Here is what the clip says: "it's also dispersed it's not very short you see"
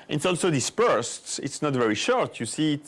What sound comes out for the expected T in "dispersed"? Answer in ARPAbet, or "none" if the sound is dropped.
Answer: T